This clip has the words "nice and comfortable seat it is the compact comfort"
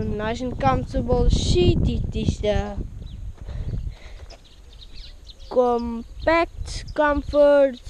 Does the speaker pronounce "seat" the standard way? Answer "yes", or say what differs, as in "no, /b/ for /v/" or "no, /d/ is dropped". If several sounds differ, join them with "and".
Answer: no, /ʃ/ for /s/